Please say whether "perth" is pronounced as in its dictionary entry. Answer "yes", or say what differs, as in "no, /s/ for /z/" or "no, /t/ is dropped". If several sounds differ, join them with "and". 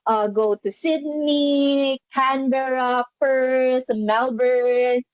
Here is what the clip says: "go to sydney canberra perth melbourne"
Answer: no, /s/ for /θ/